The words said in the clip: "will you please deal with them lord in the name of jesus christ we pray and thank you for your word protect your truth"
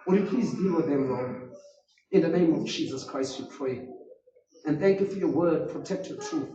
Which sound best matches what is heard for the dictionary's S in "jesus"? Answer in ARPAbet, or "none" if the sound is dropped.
S